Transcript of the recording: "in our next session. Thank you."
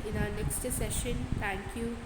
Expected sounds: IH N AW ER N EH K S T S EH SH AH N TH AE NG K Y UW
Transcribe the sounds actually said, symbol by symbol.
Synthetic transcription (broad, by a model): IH N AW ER N EH K S T S EH SH AH N T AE NG K Y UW